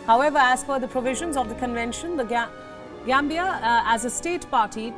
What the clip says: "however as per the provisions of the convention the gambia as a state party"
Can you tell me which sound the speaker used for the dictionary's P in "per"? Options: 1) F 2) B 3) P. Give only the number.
1